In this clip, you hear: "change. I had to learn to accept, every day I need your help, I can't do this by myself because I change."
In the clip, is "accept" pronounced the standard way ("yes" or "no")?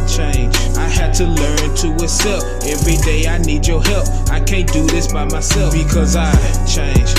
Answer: no